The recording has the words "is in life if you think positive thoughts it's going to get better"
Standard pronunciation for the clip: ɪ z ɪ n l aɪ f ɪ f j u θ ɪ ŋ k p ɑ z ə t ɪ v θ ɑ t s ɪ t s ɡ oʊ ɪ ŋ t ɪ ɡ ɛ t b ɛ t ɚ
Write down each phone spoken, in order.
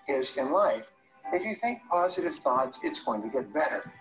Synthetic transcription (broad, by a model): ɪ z ɪ n l aɪ f ɪ f j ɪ θ ɪ ŋ k p ɑ z ə t ɪ v θ ɑ t s ɪ t s ɡ oʊ ɪ ŋ t ɪ ɡ ɛ t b ɛ t ɚ